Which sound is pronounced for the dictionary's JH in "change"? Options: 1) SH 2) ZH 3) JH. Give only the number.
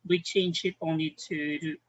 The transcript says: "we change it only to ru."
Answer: 1